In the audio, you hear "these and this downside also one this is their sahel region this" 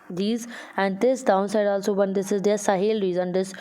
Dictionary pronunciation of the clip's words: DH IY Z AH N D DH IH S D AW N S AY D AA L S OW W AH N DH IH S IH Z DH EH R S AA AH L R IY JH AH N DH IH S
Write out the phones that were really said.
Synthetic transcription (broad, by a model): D IY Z AH N D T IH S D AW N S AY D AA L S OW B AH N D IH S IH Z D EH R S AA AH L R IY Z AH N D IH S